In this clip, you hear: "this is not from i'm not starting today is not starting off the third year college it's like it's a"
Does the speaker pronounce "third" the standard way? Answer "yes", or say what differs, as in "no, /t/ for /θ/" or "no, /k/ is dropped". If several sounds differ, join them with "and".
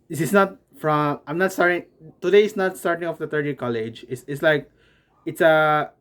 no, /t/ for /θ/